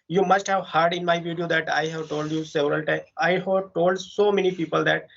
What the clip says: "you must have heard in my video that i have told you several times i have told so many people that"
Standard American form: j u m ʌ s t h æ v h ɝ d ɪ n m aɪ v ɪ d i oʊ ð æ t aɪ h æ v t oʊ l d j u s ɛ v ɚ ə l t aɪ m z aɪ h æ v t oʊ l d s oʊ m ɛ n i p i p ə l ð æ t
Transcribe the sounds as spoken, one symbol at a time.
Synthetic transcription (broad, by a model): j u m ʌ s t h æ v h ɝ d ɪ n m aɪ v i d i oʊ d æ t aɪ h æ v t oʊ l d j u s ɛ v ɚ ə l t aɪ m aɪ h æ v t oʊ l d s oʊ m ɛ n i p i p ə l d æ t